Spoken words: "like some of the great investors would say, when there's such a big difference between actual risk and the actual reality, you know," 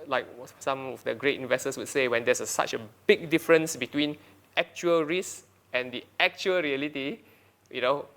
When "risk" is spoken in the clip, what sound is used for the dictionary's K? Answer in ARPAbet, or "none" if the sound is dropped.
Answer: none